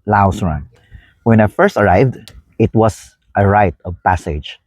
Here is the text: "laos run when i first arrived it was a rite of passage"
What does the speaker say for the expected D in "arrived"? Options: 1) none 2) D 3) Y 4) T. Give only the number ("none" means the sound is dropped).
2